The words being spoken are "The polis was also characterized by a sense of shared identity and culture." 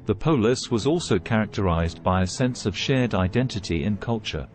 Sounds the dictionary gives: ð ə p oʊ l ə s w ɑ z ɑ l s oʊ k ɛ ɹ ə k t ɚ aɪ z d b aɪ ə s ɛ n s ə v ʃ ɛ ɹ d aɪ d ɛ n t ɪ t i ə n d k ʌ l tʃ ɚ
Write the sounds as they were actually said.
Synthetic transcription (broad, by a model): ð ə p oʊ l ə s w ɑ z ɑ l s oʊ k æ ɹ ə k t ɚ aɪ z b aɪ ə s ɛ n s ə v ʃ ɛ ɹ d aɪ d ɛ n t ɪ t i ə n k ʌ l tʃ ɚ